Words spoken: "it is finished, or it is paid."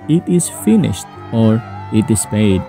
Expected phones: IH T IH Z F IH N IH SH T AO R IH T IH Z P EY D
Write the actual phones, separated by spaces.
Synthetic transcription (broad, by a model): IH T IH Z F IH N IH SH T AO R IH T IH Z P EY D